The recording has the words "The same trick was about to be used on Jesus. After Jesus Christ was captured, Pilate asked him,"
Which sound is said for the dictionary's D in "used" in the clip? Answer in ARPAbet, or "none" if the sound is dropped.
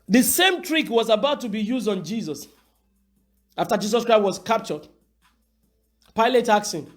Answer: D